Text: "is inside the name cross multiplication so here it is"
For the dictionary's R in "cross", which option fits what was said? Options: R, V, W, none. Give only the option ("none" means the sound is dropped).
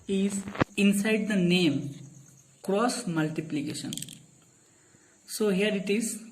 R